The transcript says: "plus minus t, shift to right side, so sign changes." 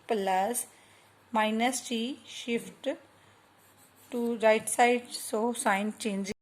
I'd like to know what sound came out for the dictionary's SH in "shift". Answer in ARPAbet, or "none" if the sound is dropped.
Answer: SH